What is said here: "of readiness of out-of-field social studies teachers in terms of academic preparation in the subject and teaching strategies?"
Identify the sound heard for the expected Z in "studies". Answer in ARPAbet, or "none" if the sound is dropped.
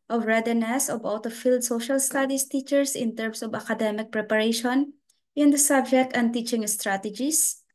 S